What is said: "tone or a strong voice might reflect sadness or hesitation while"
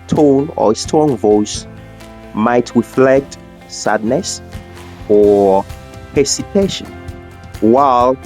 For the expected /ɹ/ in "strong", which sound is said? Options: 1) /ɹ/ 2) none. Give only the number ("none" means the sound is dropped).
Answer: 2